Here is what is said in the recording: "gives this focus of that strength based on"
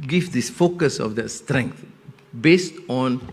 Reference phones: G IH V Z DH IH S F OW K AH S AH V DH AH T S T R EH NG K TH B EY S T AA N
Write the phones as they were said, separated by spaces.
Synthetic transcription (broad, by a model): G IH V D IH S F OW K AH S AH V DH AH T S T R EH NG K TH B EY S T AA N